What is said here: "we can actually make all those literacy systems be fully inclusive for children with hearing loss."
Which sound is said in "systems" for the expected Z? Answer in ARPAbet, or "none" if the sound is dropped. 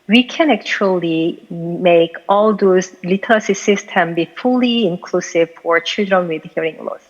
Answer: none